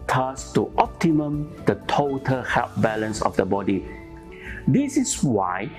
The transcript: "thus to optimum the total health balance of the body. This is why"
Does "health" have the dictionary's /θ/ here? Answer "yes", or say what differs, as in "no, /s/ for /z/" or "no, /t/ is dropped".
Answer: no, /f/ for /θ/